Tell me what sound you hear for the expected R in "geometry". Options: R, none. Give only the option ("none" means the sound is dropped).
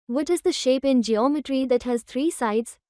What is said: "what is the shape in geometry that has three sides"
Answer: R